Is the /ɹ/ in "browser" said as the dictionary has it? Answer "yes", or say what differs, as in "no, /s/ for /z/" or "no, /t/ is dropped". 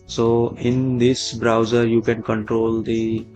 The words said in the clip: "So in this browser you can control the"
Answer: yes